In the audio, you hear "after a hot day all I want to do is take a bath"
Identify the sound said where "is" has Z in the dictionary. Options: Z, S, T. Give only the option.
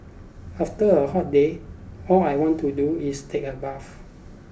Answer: S